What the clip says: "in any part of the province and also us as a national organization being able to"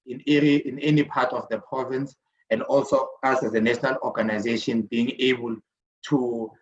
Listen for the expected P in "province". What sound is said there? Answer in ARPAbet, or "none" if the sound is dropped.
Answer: P